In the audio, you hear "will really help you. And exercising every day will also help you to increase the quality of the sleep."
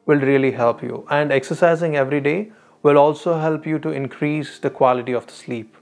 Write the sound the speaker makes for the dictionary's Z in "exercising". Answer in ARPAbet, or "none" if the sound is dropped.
Z